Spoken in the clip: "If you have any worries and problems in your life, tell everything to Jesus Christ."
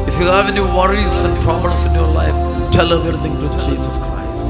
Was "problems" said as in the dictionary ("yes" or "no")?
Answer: no